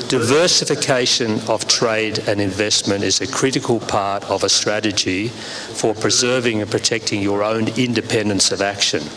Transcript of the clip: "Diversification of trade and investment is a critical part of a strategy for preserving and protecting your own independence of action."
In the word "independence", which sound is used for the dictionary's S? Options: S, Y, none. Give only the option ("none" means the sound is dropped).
S